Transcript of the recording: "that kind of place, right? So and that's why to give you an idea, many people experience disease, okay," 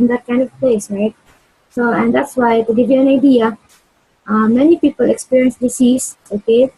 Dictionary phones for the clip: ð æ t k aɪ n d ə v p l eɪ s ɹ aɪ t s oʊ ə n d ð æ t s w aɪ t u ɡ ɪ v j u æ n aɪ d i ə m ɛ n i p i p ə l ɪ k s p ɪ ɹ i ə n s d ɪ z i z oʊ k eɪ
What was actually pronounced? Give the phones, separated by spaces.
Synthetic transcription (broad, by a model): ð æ t k aɪ n d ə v p l eɪ s ɹ aɪ t s oʊ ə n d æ t s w aɪ t u ɡ ɪ v j u æ n aɪ d i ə m ɛ n i p i p ə l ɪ k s p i ɹ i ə n s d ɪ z i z oʊ k eɪ